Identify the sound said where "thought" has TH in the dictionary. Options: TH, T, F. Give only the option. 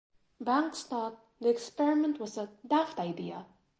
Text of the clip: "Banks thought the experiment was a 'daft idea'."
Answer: T